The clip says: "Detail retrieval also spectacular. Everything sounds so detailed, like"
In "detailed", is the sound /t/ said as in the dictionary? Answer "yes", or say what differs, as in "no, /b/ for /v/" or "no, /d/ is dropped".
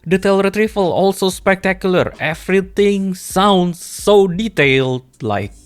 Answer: yes